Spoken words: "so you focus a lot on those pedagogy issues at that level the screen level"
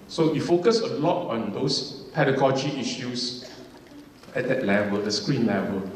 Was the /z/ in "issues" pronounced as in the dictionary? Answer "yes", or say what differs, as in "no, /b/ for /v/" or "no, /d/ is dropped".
no, /s/ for /z/